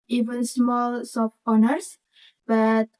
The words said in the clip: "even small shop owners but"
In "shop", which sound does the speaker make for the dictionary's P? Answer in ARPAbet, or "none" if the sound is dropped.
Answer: F